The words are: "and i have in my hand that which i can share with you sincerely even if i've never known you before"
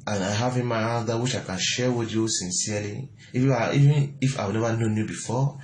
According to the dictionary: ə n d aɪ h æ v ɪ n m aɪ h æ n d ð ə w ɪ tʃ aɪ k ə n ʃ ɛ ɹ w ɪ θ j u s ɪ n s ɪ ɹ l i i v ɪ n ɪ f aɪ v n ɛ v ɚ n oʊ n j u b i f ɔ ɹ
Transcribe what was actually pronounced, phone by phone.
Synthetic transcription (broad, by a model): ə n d aɪ h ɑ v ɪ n m aɪ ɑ d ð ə w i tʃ aɪ k ə n ʃ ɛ w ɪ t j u s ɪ n s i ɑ l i i v ɪ n ɪ f aɪ w n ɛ v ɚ n oʊ n j u b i f ɔ